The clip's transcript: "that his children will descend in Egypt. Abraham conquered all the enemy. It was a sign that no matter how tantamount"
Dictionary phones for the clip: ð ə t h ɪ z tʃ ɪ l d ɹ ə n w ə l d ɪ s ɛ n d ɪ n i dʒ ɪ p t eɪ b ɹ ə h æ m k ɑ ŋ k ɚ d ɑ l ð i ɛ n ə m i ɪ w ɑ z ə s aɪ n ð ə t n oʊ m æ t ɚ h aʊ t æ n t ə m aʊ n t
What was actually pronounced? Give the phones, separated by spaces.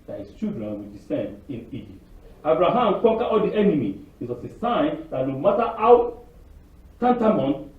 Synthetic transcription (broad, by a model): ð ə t h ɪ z tʃ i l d ɹ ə n w ə l d ɪ s ɛ n d ɪ n i dʒ ɪ p t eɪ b ɹ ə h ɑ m k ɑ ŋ k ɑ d ɑ l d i ɛ n ə m i ɪ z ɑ s ə s aɪ n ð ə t n oʊ m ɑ t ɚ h aʊ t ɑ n t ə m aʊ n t